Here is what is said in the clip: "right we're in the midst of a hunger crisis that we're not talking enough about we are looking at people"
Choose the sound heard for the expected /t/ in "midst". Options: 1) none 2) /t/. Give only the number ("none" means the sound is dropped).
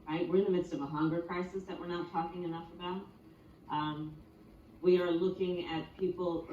2